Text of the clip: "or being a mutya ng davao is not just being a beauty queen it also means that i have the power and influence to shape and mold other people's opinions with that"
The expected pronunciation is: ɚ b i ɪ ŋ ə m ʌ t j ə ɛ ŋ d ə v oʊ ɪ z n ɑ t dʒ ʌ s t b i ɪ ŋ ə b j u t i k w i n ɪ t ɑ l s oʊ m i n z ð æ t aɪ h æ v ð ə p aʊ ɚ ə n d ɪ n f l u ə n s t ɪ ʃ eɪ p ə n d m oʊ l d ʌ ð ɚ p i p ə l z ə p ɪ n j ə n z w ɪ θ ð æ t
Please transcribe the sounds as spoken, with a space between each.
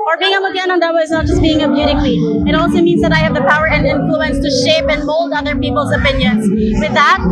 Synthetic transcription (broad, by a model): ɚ b i ɪ ŋ ə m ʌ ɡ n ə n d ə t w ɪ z n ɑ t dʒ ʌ s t b i ɪ ŋ ə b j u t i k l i ɪ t ɑ l s oʊ m i n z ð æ t aɪ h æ v ð ə p aʊ ɚ ə n d ɪ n f l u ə n s t ɪ ʃ eɪ p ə n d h oʊ l d ʌ ð ɚ p i p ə l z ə p ɪ n j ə n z w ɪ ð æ t